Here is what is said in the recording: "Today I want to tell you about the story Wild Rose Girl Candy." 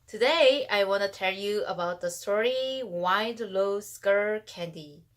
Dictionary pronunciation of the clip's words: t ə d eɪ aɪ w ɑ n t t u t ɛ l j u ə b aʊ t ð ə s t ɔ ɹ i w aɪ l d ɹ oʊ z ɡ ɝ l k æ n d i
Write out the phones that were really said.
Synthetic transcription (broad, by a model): t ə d eɪ aɪ w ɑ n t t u t ɛ l j u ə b aʊ t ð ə s t ɔ ɹ i w aɪ d l oʊ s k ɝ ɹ k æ n d i